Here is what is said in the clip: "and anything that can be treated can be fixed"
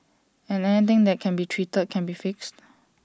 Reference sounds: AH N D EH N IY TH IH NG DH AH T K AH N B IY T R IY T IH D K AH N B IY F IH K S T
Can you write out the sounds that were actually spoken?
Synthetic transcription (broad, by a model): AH N EH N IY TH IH NG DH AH T K AH N B IY T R IY T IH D K AH N B IY F IH K S T